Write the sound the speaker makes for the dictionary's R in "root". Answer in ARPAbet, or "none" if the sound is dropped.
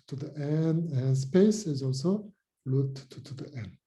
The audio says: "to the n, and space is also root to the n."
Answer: L